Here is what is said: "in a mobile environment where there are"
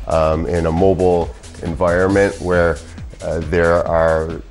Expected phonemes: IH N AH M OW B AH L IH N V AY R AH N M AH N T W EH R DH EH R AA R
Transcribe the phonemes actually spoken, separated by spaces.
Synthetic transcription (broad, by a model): IH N AH M OW B L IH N V AY R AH N M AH N T W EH R DH EH R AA R